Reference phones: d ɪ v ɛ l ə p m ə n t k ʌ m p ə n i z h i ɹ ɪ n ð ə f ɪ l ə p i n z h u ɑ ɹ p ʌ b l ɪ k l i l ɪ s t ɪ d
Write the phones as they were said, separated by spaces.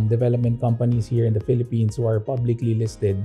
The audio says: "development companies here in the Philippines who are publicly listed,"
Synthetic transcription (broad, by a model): d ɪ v ɛ l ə p m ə n t k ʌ m p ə n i s h i ɹ ɪ n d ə f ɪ l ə p i n s h u ɑ ɹ p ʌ b l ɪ k l i l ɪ s t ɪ d